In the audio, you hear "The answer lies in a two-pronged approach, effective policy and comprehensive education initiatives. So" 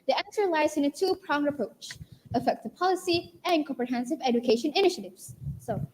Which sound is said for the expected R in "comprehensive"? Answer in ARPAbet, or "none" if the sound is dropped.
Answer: R